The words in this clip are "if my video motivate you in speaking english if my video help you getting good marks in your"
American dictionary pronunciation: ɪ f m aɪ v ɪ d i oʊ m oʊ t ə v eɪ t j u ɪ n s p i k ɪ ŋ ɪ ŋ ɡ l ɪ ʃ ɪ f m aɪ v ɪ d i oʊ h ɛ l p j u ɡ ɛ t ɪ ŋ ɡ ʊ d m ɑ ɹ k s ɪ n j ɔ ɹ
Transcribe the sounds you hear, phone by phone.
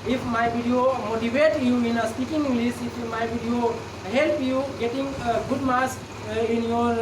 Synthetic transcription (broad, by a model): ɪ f m aɪ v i d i oʊ m oʊ t ə v eɪ t j u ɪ n s p i k ɪ ŋ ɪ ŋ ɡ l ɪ s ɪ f m aɪ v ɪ d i oʊ h ɛ l p j u ɡ ɛ t ɪ ŋ ɡ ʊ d m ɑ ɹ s ɪ n j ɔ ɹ